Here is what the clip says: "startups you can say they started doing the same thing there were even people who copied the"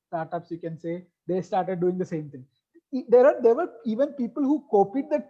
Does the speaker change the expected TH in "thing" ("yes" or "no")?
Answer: yes